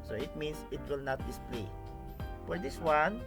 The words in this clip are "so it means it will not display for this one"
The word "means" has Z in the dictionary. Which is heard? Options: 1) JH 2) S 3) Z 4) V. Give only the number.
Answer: 2